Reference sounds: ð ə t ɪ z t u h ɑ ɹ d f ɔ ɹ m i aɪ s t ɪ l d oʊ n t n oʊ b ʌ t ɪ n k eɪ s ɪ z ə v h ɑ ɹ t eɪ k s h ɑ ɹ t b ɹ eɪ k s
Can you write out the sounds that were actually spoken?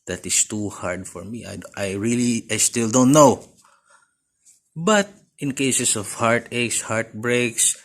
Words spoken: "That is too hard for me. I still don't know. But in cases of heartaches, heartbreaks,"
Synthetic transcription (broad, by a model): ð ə t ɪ s t u h ɑ ɹ d f ɔ ɹ m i aɪ s t ɪ l d oʊ n t n oʊ b ʌ t ɪ n k eɪ s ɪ s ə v h ɑ ɹ t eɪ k s h ɑ ɹ t b ɹ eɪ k s